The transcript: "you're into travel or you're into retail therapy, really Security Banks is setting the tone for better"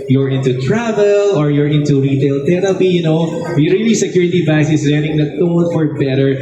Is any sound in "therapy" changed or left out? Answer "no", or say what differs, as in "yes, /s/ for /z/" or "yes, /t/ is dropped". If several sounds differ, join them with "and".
yes, /t/ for /θ/